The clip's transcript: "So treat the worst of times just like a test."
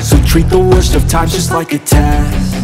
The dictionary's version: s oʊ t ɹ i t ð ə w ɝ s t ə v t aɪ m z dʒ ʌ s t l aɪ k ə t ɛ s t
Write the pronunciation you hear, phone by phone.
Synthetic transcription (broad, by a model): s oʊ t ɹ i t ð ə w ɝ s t ə v t aɪ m dʒ ʌ s t l aɪ k ə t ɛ